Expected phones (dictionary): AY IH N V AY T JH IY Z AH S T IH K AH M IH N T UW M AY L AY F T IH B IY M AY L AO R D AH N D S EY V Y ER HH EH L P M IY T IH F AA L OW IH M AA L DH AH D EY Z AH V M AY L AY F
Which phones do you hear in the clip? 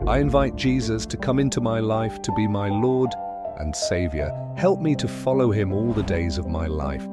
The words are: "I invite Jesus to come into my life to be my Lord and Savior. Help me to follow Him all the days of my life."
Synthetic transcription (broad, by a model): AY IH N V AY T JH IY Z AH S T IH K AH M IH N T UW M AY L AY F T IH B IY M AY L AO R D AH N S EY V Y ER HH EH L P M IY T IH F AA L OW IH M AA L DH AH D EY Z AH V M AY L AY F